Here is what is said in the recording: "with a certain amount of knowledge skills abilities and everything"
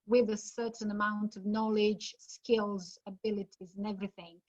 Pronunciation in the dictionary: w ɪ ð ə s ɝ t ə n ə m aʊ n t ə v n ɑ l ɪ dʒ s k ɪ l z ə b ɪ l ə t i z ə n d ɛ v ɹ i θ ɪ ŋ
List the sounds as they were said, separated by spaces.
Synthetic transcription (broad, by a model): w ɪ ð ə s ɝ t n ə m aʊ n t ə v n ɑ l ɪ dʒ s k ɪ l z ə b ɪ l ə t i z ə n ɛ v ɹ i θ ɪ ŋ